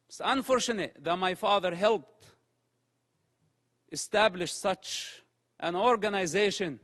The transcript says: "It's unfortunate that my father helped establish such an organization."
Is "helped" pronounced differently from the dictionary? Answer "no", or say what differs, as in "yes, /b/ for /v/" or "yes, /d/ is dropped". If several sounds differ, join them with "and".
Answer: no